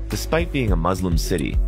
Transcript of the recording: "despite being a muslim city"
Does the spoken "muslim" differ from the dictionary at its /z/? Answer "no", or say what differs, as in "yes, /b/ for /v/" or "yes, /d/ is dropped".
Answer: no